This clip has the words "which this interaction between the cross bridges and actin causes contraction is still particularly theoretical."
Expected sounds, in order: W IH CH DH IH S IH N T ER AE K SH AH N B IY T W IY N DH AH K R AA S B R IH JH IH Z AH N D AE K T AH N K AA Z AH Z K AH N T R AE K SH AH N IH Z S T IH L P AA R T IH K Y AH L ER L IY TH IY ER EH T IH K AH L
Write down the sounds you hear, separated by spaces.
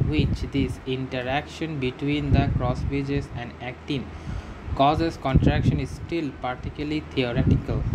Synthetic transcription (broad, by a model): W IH CH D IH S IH N T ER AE K SH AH N B IY T W IY N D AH K R AA S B IH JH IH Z AH N D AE K T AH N K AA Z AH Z K AH N T R AE K SH AH N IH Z S T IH L P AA R T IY K Y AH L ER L IY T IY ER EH T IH K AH L